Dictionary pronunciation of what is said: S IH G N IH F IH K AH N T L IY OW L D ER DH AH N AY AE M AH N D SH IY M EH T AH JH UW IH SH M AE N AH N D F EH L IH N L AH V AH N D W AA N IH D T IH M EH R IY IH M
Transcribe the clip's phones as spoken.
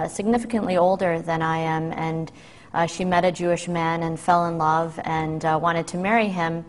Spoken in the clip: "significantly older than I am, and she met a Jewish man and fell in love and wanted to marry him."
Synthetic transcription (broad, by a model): S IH G N IH F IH K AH N T L IY OW L D ER DH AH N AY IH M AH N SH IY M EH T AH JH UW IH SH M AE N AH N F EH L IH N L AH V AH N W AA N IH D T IH M EH R IY IH M